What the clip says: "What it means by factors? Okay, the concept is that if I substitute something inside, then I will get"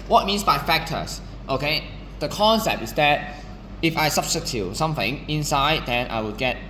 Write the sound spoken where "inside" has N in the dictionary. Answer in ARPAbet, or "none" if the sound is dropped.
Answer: N